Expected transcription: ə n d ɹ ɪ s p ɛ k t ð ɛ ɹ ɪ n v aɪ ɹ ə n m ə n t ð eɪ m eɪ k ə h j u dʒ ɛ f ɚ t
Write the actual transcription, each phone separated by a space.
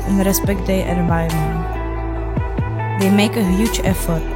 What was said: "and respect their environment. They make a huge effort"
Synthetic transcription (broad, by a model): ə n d ɹ ɪ s p ɛ k t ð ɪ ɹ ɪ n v aɪ ə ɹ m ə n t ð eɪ m eɪ k ə h j u dʒ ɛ f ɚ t